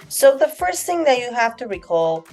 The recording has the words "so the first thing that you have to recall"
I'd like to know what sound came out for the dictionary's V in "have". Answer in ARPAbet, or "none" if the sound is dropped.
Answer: F